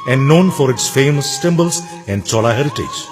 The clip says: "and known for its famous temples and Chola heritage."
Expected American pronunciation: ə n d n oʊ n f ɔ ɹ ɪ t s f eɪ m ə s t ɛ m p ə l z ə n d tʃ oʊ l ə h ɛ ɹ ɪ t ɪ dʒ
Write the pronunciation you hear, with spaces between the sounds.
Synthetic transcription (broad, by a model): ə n d n oʊ n f ɔ ɹ ɪ t s f eɪ m ə s t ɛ m b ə l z ə n d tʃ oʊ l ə h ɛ ɹ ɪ t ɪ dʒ